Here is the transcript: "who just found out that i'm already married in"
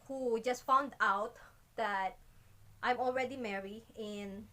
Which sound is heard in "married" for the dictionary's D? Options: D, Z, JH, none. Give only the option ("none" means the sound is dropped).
none